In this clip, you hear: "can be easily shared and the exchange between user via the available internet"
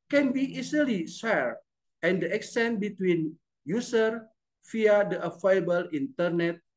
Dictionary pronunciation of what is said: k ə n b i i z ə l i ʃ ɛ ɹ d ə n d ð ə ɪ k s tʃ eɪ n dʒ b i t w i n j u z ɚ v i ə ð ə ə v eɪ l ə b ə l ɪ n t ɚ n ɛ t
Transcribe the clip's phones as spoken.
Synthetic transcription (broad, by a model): k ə n b i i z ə l i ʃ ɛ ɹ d ə n d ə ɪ k s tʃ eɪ n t b i t w i n j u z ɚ f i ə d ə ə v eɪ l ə b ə l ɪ n t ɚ n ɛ t